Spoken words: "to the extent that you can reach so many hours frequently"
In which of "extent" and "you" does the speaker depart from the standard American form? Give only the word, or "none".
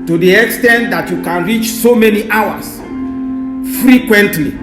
none